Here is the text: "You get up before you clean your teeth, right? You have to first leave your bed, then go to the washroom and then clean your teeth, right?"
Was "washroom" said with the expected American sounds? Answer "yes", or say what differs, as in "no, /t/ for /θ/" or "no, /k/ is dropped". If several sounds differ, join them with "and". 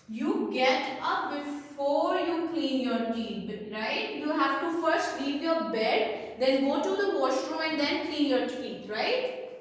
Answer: no, /m/ is dropped